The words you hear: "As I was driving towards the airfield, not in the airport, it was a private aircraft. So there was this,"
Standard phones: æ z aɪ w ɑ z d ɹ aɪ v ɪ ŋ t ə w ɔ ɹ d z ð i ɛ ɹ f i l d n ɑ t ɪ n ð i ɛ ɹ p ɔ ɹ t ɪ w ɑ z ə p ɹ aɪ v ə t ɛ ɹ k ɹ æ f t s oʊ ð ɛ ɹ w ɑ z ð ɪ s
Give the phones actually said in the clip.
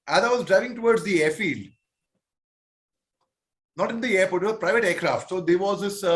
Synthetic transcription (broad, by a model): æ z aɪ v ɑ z d ɹ aɪ v ɪ ŋ t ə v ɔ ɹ d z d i ɛ ɹ f i l d n ɑ t ɪ n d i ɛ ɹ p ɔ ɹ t ɪ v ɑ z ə p ɹ aɪ v ə t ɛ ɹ k ɹ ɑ f t s oʊ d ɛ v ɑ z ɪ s